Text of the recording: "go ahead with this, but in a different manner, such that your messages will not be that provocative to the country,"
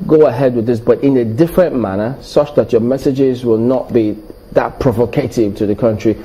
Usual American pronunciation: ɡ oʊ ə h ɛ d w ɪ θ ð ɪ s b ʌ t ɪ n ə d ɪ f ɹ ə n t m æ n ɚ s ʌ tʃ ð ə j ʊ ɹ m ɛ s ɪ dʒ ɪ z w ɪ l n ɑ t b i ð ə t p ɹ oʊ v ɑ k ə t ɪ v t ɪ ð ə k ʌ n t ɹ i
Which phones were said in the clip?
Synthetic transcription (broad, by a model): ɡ oʊ ə h ɛ d w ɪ ð ɪ s b ʌ t ɪ n ə d ɪ f ɹ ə n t m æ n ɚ s ʌ tʃ ð ə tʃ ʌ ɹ m ɛ s ɪ dʒ ɪ z w ɪ l n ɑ t b i ð ə t p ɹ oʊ v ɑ k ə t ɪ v t ɪ ð ə k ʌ n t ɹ i